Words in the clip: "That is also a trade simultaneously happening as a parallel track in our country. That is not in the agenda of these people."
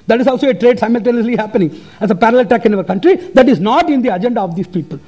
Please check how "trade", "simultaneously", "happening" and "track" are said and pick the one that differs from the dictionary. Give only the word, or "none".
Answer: track